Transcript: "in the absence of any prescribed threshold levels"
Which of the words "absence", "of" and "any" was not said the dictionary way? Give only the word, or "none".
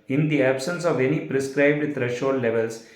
none